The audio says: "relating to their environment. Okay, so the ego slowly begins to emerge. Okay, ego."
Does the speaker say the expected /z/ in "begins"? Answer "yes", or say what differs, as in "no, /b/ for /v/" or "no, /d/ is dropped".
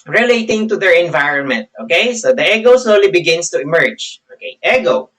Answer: no, /s/ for /z/